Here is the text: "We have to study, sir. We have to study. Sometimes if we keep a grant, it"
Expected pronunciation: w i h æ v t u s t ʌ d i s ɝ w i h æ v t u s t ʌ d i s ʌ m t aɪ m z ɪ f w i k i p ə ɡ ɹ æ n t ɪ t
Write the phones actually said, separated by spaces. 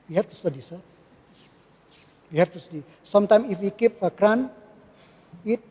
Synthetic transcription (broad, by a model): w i h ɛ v t u s t ʌ d i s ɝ w i h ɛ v t u s t ʌ d i s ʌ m t aɪ m ɪ f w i k i p ə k ɹ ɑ n ɪ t